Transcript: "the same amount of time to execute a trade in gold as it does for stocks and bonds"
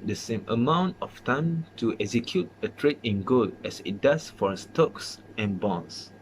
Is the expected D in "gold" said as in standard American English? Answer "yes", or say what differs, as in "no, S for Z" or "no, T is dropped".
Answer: no, D is dropped